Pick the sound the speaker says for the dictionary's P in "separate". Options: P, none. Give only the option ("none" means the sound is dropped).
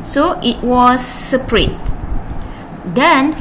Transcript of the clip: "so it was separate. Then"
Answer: P